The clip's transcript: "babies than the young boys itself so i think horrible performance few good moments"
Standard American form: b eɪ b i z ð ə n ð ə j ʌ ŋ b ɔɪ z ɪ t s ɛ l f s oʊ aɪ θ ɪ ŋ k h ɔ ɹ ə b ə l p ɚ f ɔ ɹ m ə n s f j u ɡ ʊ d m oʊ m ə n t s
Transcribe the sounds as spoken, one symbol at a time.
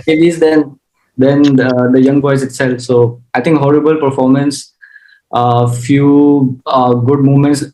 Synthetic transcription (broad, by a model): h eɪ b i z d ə n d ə j ʌ ŋ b ɔɪ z ɪ t s ɛ l f s oʊ aɪ t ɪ ŋ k h ɔ ɹ ə b ə l p ɚ f ɔ ɹ m ə n s f j u ɡ ʊ d m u m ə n t s